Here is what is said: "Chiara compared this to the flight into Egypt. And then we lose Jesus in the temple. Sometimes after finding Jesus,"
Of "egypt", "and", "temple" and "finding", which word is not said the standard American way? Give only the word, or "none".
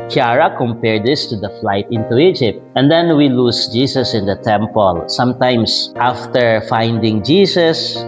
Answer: none